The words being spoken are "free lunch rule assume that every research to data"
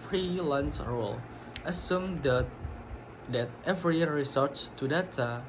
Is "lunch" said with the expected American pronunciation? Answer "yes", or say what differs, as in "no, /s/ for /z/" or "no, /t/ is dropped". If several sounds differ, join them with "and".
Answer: no, /s/ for /tʃ/